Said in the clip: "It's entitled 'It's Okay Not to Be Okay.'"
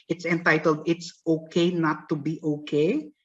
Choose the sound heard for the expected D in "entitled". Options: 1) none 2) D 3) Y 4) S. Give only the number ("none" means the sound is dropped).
2